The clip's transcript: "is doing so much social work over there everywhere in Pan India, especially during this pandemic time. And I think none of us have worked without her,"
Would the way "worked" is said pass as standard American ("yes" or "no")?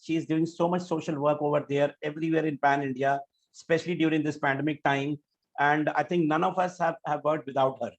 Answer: no